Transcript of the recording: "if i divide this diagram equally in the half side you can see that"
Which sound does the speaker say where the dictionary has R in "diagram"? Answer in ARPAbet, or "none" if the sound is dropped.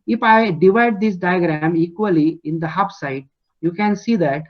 R